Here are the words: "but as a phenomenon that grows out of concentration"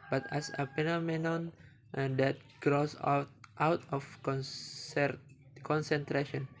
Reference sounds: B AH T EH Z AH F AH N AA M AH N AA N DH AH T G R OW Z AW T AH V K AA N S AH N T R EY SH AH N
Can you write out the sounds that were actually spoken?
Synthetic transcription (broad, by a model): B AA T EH S AH P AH N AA M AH N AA N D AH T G R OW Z AW T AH F K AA N S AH N T R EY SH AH N